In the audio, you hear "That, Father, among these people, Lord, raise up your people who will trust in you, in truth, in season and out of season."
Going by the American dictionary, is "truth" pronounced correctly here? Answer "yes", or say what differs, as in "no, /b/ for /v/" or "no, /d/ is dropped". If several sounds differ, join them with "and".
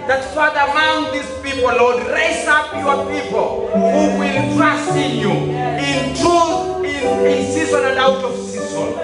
no, /ɹ/ is dropped